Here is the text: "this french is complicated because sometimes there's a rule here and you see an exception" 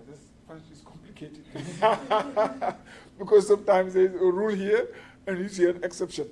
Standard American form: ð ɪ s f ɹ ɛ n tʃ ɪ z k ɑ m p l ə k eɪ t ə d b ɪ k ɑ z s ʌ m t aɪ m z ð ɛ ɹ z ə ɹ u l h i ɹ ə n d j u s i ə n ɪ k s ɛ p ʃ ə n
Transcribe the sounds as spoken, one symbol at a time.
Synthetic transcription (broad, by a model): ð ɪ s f ɛ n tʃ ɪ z k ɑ m p l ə k eɪ t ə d b ɪ k ɑ z s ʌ m t aɪ m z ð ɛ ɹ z ə ɹ u l h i ɹ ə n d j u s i ə n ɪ k s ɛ p ʃ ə n